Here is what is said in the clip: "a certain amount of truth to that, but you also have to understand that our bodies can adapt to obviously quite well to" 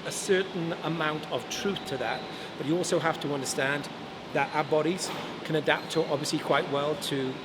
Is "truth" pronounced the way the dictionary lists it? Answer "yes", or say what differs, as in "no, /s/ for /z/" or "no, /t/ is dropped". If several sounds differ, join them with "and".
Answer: yes